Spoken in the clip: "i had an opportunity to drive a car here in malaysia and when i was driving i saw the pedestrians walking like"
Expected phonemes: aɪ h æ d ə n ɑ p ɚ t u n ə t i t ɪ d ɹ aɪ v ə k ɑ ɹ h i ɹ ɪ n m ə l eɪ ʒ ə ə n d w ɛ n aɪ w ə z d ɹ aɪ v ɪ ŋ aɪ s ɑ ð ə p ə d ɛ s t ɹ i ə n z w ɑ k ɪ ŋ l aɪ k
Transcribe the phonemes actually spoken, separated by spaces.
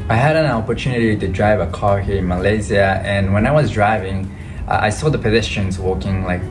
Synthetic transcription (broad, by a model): aɪ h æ d ə n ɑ p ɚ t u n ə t i t ɪ d ɹ aɪ v ə k ɑ ɹ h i ɪ n m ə l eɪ z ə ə n w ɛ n aɪ w ə z d ɹ aɪ v ɪ ŋ aɪ s ɑ ð ə p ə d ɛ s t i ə n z w ɑ k ɪ ŋ l aɪ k